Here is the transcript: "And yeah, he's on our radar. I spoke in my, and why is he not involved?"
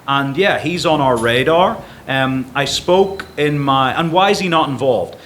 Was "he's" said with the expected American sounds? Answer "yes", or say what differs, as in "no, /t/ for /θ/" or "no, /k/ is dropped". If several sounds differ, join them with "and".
yes